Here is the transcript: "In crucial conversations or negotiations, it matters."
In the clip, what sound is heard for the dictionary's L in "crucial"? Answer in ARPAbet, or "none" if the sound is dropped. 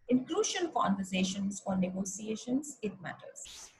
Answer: N